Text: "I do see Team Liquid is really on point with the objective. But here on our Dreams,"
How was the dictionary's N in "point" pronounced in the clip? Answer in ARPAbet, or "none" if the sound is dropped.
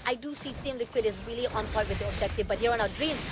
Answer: none